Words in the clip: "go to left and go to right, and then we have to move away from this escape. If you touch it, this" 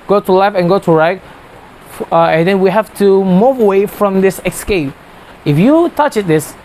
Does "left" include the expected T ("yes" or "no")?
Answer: no